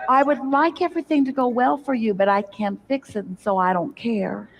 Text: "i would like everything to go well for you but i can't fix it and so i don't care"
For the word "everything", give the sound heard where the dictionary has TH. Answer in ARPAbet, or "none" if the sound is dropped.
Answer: TH